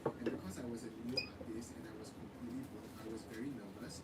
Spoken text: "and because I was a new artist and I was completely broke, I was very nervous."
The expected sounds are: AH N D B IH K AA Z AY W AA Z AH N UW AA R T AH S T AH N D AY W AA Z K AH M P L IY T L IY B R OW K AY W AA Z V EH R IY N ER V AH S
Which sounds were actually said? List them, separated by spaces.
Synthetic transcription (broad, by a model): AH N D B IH K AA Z AY W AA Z AH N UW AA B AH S AH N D AY W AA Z K AH M P L IY T L IY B OW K AY W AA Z V EH R IY N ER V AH S